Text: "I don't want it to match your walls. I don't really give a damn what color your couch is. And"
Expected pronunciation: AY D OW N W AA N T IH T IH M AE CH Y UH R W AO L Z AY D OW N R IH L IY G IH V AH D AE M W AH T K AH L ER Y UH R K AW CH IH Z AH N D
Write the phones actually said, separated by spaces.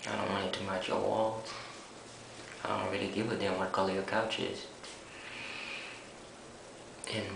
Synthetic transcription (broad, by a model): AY D OW N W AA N IH T IH M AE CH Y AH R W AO L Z AY D OW N R IH L IY G IH V AH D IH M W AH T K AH L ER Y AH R K AW CH IH Z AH N